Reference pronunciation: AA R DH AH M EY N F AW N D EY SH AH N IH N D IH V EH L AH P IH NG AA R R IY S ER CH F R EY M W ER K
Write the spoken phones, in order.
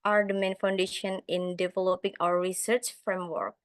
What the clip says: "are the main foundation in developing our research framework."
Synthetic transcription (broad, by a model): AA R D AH M EY N F AW N D EY SH AH N IH N D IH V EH L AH P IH NG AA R R IY S ER CH F R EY M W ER K